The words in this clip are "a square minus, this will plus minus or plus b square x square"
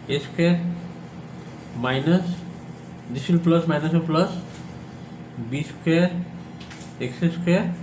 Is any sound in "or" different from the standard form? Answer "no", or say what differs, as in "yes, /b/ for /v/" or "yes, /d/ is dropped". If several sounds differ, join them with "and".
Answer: yes, /l/ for /ɹ/